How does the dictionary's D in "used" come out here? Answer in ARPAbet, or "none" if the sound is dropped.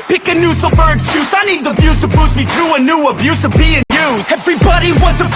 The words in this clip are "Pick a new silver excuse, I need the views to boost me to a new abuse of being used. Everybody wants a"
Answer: none